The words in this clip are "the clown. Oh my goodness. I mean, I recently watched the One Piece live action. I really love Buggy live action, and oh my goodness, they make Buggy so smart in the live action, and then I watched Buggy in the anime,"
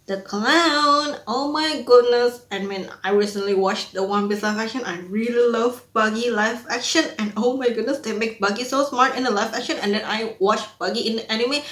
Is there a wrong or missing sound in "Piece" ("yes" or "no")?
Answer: yes